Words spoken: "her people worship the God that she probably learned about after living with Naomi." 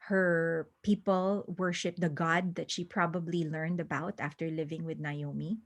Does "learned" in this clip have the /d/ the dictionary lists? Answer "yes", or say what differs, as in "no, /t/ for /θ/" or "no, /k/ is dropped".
yes